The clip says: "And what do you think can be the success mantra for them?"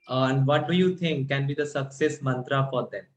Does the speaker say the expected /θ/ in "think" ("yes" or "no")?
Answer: no